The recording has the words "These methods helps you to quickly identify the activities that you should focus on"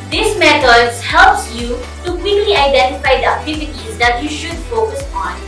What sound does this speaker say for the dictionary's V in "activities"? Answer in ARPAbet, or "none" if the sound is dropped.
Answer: F